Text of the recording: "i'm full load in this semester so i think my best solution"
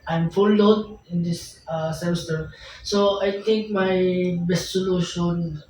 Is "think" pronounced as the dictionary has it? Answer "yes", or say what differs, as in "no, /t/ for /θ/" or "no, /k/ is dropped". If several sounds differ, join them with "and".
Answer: no, /t/ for /θ/